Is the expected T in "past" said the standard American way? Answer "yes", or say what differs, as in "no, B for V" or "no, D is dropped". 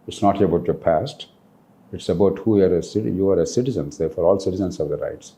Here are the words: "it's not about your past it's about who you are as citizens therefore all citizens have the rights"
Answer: yes